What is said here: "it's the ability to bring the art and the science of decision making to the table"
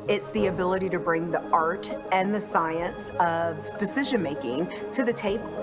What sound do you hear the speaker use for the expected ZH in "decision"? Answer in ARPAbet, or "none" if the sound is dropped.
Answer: ZH